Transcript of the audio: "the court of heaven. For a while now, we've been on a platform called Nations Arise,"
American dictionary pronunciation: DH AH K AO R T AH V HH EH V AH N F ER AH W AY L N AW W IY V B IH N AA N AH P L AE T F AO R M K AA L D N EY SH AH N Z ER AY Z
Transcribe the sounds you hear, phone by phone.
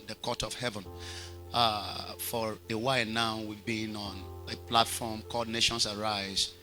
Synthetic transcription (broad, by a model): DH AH K AO T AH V HH EH V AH N F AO AH W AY N AW W IY V B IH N AA N AH P L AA T F AO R M K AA D N EY SH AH N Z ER AY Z